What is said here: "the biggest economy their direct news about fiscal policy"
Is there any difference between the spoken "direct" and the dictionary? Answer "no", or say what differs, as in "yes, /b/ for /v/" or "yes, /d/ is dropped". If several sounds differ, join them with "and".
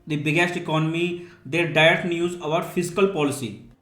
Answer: yes, /ɹ/ is dropped and /k/ is dropped